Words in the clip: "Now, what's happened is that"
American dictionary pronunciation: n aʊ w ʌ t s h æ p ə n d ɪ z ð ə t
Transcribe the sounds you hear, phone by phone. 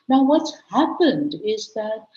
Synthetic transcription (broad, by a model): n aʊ w ʌ t s h æ p ə n d ɪ z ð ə t